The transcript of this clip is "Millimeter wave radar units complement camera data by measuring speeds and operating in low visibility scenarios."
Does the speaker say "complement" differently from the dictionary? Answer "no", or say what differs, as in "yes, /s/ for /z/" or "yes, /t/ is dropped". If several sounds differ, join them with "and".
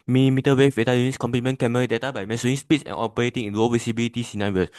yes, /l/ is dropped